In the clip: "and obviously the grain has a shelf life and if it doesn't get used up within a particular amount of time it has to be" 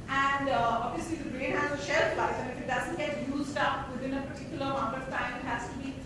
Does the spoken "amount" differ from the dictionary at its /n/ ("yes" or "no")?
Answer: yes